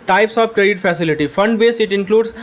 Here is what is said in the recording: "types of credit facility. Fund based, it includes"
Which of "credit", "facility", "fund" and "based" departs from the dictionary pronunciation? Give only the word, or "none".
based